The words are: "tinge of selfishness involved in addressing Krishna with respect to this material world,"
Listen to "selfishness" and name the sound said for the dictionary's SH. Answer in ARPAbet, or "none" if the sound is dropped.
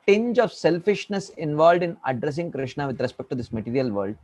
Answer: SH